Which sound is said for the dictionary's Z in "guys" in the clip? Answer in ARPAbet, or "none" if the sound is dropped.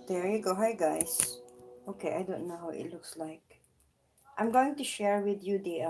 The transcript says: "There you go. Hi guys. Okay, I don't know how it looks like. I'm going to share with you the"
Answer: S